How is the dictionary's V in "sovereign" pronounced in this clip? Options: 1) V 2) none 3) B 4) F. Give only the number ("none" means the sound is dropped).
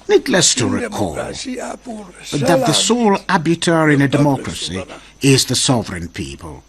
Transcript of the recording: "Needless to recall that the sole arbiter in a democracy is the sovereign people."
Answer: 1